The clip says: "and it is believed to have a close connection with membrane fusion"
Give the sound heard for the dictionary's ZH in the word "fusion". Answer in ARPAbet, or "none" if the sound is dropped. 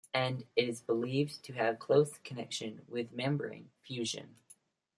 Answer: ZH